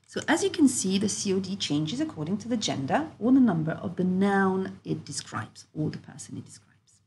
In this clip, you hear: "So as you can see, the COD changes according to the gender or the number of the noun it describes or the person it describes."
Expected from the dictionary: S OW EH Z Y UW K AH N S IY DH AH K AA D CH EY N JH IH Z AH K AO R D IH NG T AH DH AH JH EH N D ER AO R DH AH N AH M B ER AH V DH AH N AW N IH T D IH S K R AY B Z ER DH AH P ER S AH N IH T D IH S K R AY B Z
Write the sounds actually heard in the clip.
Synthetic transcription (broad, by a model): S OW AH Z Y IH K AH N S IY DH AH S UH D CH EY N JH IH Z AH K AO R D IH NG T AH DH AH JH EH N D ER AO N DH AH N AH M B ER AH V DH AH N AW N IH T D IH S K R AY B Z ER DH AH P ER S AH N IH T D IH S K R AY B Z